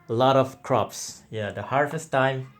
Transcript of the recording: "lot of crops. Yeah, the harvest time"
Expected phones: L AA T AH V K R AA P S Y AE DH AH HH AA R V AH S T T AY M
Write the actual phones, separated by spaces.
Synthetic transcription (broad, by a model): L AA T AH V K R AA P S Y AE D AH HH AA R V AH S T T AY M